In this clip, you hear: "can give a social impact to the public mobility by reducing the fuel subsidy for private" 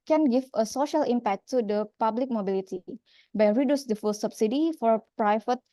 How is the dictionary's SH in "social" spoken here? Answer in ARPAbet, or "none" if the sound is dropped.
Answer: SH